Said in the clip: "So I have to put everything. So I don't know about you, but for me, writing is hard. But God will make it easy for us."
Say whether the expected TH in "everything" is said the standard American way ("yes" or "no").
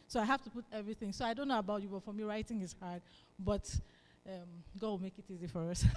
yes